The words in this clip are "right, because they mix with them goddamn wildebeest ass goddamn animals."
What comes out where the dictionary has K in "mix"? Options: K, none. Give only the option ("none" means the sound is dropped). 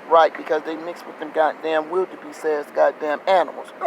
K